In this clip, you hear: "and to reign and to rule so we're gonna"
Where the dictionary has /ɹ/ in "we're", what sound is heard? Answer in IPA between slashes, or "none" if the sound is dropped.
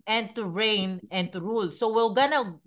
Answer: /l/